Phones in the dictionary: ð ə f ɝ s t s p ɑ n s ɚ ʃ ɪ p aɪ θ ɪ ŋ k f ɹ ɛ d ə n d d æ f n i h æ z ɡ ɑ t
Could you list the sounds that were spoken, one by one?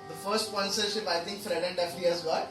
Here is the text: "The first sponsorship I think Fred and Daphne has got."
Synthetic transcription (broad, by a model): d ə f ɝ s t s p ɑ n s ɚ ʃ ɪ p aɪ t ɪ ŋ k f ɹ ɛ d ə n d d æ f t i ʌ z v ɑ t